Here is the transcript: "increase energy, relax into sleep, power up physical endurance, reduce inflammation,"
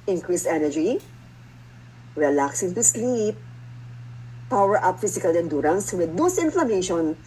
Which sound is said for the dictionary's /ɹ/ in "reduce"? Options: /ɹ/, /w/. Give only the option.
/w/